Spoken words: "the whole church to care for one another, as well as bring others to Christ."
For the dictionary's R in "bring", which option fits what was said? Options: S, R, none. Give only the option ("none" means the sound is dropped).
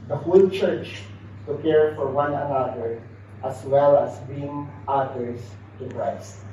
none